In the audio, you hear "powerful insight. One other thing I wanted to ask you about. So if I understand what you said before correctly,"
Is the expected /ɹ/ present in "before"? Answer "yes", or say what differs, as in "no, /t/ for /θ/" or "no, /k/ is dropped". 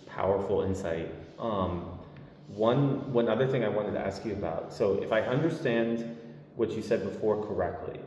yes